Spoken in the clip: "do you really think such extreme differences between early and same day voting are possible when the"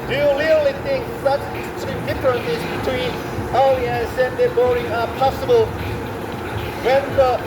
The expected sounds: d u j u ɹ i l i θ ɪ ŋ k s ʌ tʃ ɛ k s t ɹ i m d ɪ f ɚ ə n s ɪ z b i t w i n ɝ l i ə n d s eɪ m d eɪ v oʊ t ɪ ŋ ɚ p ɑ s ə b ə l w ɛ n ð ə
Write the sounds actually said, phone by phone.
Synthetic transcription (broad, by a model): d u j u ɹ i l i θ ɪ ŋ k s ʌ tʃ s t i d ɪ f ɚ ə n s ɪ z b i t w i n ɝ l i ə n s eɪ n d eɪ b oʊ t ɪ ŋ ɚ p ɑ s ə b ə l w ɛ n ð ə